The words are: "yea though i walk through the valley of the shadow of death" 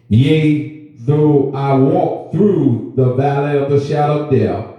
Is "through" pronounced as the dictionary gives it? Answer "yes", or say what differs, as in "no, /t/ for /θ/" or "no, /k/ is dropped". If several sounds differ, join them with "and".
yes